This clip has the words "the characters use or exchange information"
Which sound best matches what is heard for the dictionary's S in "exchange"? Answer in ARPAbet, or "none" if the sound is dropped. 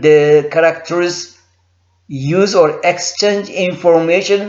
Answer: S